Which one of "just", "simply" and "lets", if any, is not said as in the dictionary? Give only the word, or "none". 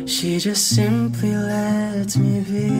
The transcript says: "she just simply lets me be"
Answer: lets